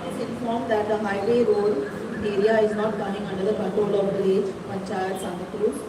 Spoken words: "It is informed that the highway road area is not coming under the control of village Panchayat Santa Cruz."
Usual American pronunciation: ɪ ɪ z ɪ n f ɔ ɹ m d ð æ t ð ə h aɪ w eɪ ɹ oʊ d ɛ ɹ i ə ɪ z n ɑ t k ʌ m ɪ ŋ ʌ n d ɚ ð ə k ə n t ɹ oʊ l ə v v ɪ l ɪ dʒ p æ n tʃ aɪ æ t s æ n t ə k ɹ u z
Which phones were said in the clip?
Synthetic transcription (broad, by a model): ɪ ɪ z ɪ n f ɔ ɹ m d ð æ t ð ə h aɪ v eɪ ɹ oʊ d ɛ ɹ i ə ɪ z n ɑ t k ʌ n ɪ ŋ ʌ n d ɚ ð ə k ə t oʊ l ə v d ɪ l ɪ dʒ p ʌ tʃ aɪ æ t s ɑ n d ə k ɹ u